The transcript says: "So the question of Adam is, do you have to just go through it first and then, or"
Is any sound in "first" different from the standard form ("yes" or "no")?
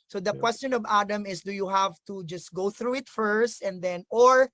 no